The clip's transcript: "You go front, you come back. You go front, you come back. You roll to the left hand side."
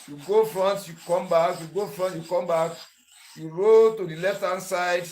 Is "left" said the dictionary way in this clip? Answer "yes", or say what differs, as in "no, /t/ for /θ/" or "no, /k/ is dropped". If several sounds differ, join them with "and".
yes